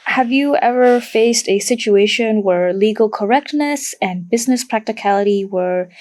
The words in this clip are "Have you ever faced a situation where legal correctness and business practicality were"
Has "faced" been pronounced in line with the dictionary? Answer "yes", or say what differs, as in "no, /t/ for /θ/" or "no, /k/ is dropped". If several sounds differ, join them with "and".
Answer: yes